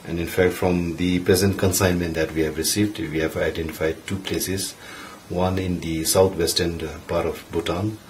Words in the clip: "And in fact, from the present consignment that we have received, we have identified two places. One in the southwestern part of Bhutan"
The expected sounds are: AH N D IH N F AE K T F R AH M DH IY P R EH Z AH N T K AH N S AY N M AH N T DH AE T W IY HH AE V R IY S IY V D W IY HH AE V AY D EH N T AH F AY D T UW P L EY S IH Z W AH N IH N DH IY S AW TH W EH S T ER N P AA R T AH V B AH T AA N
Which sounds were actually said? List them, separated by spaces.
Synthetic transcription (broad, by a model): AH N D IH N F AE K T F R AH M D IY P R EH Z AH N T K AH N S AY N M AH N T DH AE T W IY HH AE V R IY S IY V D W IY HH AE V AY D EH N T AH F AY D T UW P L EY S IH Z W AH N IH N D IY S AW T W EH S T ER N P AA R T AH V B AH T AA N